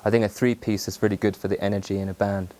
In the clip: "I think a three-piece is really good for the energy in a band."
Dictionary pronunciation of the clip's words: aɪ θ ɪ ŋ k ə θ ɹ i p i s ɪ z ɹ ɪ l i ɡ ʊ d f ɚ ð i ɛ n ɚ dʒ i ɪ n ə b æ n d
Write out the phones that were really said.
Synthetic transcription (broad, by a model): aɪ θ ɪ ŋ k ə θ ɹ i p i s ɪ z ɹ ɪ l i ɡ ʊ d f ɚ ð i ɛ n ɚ dʒ i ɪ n ə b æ n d